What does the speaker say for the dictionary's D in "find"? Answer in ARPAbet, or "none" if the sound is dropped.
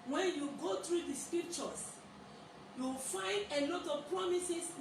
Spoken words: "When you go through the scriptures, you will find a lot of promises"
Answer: D